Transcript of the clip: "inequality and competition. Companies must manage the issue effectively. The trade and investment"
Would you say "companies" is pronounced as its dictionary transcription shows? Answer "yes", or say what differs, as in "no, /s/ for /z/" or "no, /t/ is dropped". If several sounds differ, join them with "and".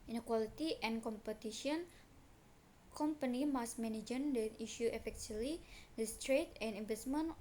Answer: no, /z/ is dropped